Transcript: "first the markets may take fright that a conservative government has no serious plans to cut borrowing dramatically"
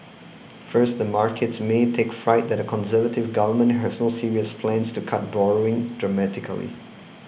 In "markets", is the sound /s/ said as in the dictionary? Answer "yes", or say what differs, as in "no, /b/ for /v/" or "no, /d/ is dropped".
yes